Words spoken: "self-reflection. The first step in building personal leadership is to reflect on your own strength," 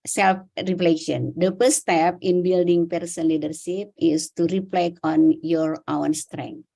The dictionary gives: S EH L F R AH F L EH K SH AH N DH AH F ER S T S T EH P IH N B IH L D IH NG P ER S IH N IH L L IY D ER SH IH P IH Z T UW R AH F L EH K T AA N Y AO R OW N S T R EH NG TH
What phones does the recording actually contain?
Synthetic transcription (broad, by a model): S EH L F R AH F L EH SH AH N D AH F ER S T S T EH P IH N B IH L D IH NG P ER S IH N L L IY D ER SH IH P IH S T UW R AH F L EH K AA N Y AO R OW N S T R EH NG